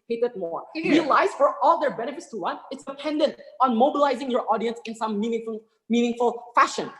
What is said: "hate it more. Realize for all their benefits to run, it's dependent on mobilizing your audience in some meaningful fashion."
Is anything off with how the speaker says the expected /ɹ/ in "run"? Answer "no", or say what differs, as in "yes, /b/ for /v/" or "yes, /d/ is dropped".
yes, /w/ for /ɹ/